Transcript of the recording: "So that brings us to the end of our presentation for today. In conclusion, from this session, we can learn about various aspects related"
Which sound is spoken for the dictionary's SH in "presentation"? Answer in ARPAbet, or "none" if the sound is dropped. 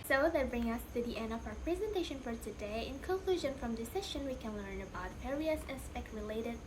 SH